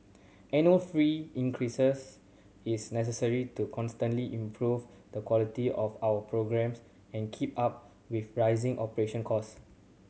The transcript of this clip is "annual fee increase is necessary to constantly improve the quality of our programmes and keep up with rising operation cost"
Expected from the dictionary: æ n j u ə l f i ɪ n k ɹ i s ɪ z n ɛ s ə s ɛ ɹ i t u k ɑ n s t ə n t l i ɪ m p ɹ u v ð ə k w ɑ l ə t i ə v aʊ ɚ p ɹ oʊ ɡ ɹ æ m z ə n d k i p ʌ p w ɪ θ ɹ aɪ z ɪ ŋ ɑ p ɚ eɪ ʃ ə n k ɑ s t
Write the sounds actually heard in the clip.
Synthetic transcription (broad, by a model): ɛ n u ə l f i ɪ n k ɹ i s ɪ s n ɛ s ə s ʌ ɹ i t u k ɑ n s t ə n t l i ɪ m p ɹ u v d ə k w ɑ l ə t i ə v aʊ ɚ p ɹ oʊ ɡ ɹ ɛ m s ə n k i p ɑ p w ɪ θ ɹ aɪ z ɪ ŋ ɑ p ɚ eɪ ʃ ə n k ɑ s